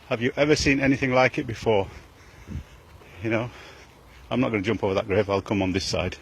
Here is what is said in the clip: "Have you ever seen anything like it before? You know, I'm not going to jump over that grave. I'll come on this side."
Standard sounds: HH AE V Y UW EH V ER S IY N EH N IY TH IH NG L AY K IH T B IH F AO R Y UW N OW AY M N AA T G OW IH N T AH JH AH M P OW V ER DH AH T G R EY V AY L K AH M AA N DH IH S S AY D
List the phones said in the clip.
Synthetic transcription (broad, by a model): HH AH V Y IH EH V ER S IY N EH N IY TH IH NG L AY K IH T B IH F AO R Y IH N OW AY M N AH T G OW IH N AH JH AH M P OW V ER DH AH T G R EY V AY L K AH M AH N DH IH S S AY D